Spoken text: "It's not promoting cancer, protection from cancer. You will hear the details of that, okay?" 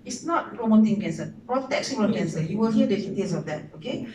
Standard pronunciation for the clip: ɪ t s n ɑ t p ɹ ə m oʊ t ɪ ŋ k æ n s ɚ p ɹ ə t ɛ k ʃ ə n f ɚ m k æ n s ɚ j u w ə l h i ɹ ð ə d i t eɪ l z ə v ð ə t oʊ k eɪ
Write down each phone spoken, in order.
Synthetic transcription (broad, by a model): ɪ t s n ɑ t p ɹ ə m oʊ t ɪ ŋ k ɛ n s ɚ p ɹ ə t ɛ k s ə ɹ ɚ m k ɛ n s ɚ j u w ə l h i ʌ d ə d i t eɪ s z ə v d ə t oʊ k eɪ